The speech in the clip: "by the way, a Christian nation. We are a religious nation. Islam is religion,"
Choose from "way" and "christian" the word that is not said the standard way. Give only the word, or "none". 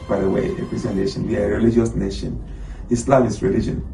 christian